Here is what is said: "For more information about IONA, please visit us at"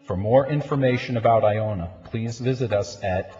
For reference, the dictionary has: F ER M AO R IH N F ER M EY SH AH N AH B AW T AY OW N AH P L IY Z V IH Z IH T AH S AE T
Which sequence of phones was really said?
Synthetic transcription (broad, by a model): F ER M AO R IH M F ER M EY SH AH N AH B AW T AY OW N AH P L IY Z V IH Z IH T AH S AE T